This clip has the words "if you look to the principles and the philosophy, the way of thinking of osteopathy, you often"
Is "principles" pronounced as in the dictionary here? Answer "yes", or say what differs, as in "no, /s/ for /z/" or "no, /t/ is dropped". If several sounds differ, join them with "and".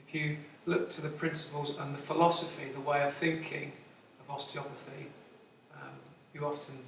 yes